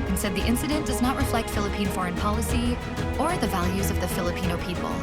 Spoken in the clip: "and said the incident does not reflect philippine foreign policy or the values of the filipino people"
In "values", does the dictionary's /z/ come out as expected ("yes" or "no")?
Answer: yes